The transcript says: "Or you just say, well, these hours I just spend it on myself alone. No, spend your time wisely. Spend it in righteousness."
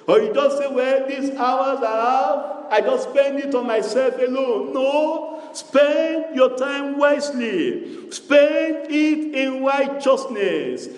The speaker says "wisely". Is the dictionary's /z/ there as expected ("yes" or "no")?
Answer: no